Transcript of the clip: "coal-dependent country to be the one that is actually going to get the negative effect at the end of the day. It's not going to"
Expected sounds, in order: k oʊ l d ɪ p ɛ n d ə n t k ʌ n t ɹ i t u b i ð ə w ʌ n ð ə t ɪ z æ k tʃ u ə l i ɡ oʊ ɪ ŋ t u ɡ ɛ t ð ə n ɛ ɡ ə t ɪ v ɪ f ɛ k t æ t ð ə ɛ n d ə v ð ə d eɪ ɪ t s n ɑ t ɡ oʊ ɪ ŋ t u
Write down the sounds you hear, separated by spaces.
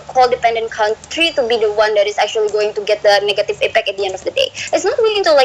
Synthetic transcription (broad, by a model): k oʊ l d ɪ p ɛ n d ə n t k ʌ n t ɹ i t u b i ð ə w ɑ n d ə t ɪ s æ k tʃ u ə l i ɡ oʊ ɪ ŋ t u ɡ ɛ t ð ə n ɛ ɡ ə t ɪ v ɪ p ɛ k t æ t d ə ɛ n d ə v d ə d eɪ ɪ t s n ɑ t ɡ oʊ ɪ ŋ t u